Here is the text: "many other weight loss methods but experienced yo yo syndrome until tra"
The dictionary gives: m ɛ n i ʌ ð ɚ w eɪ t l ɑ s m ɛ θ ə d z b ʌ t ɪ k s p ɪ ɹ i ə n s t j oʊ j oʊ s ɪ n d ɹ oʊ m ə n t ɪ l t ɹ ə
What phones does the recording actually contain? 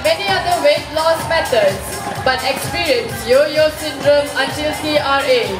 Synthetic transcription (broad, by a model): m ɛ n i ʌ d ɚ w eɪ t l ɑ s m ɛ t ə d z b ʌ t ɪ k s p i ɹ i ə n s j oʊ j oʊ s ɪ n d ɹ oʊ m ə n t ɪ l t ɹ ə